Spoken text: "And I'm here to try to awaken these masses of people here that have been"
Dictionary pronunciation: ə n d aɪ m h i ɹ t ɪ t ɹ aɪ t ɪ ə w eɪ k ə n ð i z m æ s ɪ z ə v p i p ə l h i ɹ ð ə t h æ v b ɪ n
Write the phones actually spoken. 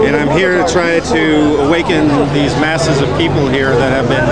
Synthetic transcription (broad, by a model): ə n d aɪ m h i ɹ t ɪ t ɹ aɪ t ɪ ə w eɪ k ə n ð i z m æ s ɪ z ə v p i p l h i ɹ ð ə t h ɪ v b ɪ n